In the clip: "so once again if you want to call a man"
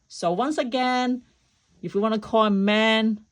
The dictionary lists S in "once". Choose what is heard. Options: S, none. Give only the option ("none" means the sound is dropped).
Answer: S